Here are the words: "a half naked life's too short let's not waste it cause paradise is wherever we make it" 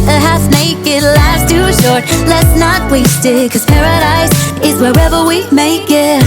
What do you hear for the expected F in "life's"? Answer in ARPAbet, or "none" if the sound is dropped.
none